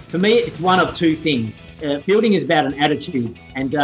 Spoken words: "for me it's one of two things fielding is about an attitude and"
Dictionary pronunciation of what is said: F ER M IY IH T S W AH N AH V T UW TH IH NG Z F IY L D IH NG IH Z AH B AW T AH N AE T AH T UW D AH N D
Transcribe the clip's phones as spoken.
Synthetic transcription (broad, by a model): F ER M IY IH T S W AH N AH V T UW TH IH NG Z F IY L D IH NG IH Z AH B AW T AH N AE T AH T UW D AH N